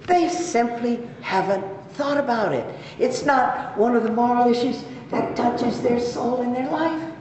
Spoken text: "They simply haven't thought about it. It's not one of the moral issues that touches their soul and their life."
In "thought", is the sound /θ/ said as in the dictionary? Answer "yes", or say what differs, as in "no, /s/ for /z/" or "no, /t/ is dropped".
yes